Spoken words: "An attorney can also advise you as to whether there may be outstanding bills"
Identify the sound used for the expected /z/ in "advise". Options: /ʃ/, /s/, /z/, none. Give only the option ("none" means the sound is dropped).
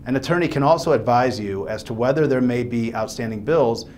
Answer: /z/